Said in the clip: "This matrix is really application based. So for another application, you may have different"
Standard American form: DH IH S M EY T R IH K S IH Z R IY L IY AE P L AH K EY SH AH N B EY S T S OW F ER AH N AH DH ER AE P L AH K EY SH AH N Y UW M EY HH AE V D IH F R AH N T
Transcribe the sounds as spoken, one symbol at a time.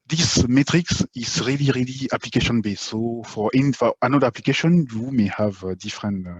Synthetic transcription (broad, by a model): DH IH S M EY T R IH K S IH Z R IY L IY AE P L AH K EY SH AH N B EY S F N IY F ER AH N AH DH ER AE P L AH K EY SH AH N Y UW M EY HH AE V D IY F R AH N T